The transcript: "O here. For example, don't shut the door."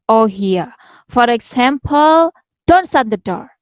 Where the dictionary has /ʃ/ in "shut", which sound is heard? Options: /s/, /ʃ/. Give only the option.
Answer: /s/